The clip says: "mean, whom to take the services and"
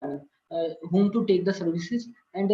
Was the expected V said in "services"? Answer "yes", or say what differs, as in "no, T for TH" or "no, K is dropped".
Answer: yes